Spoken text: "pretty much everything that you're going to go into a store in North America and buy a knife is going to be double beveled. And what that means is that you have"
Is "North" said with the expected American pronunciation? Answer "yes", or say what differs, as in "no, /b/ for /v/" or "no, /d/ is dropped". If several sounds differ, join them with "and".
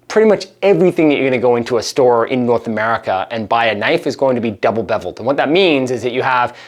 yes